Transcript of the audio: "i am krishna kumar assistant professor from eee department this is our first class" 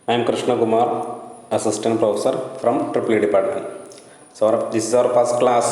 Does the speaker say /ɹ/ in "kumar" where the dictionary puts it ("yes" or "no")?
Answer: yes